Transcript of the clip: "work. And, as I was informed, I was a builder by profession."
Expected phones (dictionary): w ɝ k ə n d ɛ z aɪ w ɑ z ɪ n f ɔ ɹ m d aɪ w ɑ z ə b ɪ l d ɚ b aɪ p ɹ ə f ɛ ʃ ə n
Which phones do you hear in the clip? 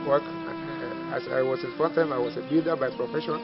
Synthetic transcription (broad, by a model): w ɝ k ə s aɪ w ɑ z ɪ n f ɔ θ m aɪ w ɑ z ə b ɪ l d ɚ b aɪ p ɹ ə f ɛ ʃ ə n